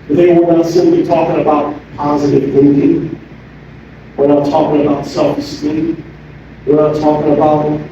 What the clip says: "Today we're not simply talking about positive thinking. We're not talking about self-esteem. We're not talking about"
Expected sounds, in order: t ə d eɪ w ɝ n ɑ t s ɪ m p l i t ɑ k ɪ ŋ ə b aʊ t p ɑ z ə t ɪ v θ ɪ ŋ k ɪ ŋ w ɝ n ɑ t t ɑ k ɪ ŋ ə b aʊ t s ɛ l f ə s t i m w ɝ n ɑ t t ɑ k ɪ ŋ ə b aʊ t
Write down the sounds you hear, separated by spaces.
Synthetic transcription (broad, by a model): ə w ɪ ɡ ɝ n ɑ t s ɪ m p l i t ɑ k ɪ ŋ ə b aʊ t p ɑ z ə t ɪ v θ ɪ ŋ k ɪ ŋ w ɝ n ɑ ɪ t ɑ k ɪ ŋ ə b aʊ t s ɛ l f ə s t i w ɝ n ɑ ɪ t ɑ k ɪ ŋ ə b aʊ t